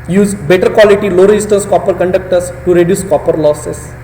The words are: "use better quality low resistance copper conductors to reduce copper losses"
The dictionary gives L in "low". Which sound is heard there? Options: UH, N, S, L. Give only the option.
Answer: L